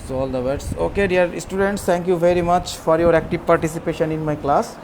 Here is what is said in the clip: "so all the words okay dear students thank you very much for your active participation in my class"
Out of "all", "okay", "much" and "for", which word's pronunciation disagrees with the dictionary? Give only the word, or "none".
none